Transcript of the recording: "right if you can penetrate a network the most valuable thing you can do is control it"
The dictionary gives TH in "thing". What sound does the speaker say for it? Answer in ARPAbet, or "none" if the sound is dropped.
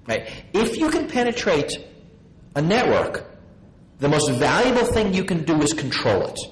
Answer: TH